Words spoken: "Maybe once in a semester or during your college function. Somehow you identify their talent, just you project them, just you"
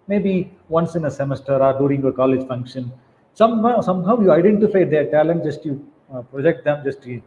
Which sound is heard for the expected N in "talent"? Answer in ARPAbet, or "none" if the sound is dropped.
N